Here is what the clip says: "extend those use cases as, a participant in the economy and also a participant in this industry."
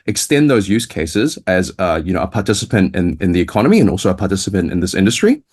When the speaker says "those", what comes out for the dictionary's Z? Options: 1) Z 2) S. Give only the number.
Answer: 1